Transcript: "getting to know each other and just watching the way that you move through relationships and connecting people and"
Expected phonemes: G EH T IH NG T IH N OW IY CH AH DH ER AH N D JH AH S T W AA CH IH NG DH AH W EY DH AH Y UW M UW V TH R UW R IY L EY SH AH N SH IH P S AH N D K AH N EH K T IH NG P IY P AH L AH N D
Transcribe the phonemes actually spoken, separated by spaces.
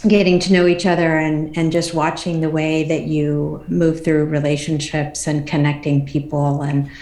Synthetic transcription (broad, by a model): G EH T IH NG T IH N OW IY CH AH DH ER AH N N JH AH S T W AA CH IH NG DH AH W EY DH AH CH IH M UW V TH R UW R IY L EY SH AH N SH IH P S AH N K AH N EH K T IH NG P IY P L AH N